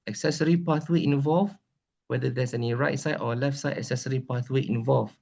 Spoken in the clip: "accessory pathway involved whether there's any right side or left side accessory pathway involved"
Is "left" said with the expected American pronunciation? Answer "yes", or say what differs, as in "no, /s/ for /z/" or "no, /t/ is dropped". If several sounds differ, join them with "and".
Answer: yes